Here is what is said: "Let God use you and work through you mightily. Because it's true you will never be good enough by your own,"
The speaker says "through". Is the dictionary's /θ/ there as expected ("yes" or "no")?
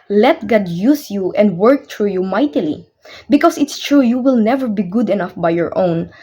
no